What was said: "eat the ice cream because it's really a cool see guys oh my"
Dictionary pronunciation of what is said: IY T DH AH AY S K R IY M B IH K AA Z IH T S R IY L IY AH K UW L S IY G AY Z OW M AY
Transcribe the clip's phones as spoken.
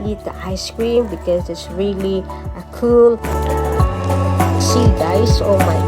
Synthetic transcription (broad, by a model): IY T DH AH AY S K R IY M B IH K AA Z IH T S R IY L IY AH K UW L S IY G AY S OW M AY